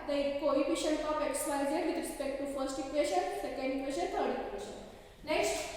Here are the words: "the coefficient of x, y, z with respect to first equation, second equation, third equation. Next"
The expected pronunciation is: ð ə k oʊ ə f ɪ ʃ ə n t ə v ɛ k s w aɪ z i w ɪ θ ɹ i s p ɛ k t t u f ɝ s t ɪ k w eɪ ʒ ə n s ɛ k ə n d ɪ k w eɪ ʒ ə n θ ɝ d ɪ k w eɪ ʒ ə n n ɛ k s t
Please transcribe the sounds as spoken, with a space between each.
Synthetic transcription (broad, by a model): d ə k oʊ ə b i ʃ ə n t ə p ɛ k s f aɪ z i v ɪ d ɹ i s p ɛ k t t u f ɝ s t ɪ k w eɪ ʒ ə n s ɛ k ə n d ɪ k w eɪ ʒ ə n t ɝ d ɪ k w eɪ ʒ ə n n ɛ k s t